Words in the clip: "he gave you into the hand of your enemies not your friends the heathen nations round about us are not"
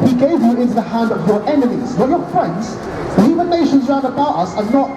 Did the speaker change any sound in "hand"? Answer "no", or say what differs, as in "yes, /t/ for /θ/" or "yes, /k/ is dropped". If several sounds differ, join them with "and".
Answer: no